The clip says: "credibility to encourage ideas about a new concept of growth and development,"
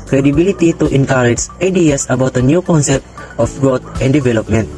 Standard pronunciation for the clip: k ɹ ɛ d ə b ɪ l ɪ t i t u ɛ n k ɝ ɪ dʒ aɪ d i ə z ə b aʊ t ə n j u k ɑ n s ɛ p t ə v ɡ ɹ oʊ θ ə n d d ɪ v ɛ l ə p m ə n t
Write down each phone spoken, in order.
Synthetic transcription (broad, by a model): k ɹ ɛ d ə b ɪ l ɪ t i t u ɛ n k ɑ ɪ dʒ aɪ d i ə s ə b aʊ t ə n j u k ɑ n s ɛ p t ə f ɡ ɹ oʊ t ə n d d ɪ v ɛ l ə p m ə n t